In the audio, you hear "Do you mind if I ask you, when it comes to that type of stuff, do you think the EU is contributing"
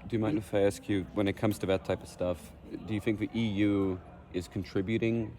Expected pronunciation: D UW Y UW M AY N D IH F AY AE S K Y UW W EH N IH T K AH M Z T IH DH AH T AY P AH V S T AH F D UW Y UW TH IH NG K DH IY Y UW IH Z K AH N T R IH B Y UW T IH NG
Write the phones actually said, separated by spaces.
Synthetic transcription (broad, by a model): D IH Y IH M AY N IH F AY AE S K Y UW W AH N IH T K AH M Z T IH DH AH T AY P AH V S T AH F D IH Y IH TH IH NG K DH IY Y UW IH Z K N T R IH B Y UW T IH NG